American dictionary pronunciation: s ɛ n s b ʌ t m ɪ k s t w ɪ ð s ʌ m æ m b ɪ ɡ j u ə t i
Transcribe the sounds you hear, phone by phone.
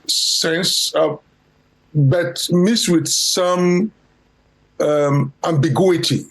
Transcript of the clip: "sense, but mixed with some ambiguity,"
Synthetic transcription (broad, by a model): s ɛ n s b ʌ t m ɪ s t w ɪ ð s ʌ m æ m b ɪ ɡ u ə t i